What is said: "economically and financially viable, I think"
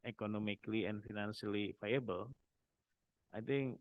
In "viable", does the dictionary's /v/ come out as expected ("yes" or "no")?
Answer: no